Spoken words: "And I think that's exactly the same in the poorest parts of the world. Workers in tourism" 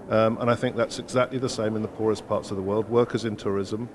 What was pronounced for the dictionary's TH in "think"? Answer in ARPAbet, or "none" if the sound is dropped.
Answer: TH